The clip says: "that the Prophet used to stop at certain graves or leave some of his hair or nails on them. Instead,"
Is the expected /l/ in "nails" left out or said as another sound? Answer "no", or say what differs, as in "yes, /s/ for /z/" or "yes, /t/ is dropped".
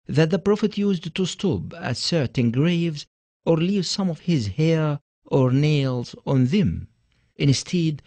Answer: no